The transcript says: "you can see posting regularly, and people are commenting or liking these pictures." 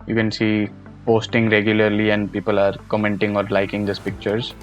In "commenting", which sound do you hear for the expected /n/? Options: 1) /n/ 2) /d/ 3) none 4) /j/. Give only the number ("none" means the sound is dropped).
1